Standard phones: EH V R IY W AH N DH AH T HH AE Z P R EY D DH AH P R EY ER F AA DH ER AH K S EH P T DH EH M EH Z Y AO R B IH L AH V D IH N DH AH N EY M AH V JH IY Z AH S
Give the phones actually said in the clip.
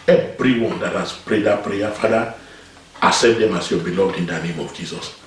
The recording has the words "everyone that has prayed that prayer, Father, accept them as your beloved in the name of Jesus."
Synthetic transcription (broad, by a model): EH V R IY W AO N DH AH T HH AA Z P R EY D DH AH P R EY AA F AA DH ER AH S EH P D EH M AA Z Y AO B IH L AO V D IH N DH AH N EY M AH V JH IY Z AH S